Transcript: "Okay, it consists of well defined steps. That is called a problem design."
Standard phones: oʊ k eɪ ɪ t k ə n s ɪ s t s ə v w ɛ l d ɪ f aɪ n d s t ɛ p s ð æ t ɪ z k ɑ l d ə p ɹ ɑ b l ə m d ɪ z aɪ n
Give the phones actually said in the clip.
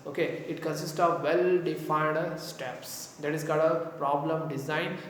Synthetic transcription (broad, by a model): oʊ k eɪ ɪ t k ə n s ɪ s t s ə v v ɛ l d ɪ f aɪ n d s t ɛ p s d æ t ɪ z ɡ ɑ d ə p ɹ ɑ b l ə m d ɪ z aɪ n